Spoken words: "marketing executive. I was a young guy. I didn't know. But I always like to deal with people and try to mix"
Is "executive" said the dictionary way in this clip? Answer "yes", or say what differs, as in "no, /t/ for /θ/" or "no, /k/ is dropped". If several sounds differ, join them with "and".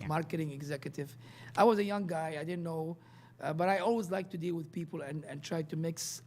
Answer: yes